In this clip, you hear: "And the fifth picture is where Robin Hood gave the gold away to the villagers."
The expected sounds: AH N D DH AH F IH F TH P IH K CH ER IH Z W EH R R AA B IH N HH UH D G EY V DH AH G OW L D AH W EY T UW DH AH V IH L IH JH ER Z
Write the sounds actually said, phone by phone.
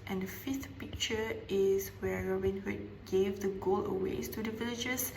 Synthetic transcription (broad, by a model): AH N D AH F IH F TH P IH K CH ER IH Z W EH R R AA B IH N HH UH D G EY V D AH G OW L AH W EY T UW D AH V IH L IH JH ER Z